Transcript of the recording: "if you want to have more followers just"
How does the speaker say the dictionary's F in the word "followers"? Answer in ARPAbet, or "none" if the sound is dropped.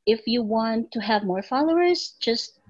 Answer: F